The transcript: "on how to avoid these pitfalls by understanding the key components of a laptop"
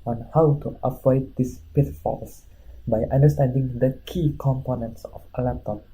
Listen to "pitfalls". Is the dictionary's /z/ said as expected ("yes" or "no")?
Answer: no